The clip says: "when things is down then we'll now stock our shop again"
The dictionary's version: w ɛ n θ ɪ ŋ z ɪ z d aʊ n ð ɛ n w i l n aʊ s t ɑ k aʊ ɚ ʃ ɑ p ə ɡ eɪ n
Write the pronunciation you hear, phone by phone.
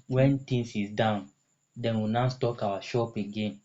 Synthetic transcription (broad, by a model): w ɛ n t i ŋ s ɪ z d aʊ n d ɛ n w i n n s t ɑ k aʊ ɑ ʃ ɑ p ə ɡ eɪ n